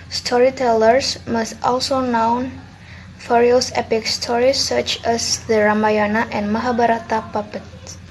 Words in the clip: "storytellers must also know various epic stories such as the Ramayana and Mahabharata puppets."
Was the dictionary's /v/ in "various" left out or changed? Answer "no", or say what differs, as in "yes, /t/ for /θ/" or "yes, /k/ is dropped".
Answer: yes, /f/ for /v/